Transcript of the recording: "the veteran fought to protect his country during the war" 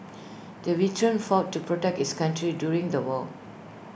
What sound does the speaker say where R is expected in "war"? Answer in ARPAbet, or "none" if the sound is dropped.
L